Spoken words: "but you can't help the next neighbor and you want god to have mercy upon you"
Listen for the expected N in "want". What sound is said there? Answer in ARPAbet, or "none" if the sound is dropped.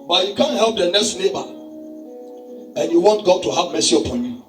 N